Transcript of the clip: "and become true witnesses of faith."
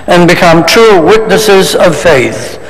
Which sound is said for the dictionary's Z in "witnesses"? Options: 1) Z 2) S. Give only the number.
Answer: 1